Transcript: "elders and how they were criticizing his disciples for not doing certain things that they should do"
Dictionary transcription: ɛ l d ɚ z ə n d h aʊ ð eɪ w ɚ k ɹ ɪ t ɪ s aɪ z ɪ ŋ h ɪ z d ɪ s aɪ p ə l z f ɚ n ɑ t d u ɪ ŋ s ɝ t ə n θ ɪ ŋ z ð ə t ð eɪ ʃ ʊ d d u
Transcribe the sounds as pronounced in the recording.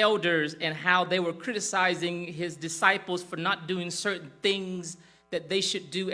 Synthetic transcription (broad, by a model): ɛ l d ɚ z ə n h aʊ ð eɪ w ɚ k ɹ ɪ t ɪ s aɪ z ɪ ŋ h ɪ z d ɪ s aɪ p l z f ɚ n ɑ t d u ɪ ŋ s ɝ t n θ ɪ ŋ z ð ə t ð eɪ ʃ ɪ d d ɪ